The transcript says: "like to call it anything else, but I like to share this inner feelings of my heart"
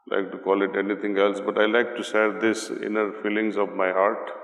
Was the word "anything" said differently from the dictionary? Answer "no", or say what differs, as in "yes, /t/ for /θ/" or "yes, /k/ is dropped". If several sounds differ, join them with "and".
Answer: yes, /t/ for /θ/